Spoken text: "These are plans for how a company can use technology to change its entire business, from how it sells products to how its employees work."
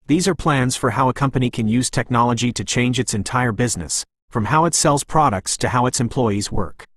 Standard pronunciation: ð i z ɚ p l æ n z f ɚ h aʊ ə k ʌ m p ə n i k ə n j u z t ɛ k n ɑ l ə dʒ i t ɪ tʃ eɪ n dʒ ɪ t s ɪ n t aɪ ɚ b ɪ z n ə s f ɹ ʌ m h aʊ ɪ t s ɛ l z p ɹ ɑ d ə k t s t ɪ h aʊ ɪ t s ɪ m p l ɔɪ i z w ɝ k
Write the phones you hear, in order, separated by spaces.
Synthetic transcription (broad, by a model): ð i z ɚ p l æ n z f ɚ h aʊ ə k ʌ m p ə n i k ə n j u z t ɛ k n ɑ l ə dʒ i t ɪ tʃ eɪ n dʒ ɪ t s ɪ n t aɪ ɚ b ɪ z n ə s f ɹ ʌ m h aʊ ɪ t s ɛ l z p ɹ ɑ d ə k t s t ɪ h aʊ ɪ t s ɪ m p l ɔɪ i z w ɝ k